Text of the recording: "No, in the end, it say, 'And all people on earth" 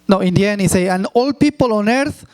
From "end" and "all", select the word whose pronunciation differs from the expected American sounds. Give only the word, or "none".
end